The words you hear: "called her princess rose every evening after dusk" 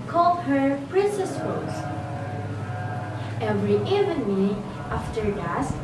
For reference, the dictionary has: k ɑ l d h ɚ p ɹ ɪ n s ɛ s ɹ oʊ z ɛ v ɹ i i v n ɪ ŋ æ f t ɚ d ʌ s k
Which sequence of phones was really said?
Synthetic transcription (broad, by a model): k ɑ l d h ɚ p ɹ ɪ n s ɛ s w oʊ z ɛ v ɹ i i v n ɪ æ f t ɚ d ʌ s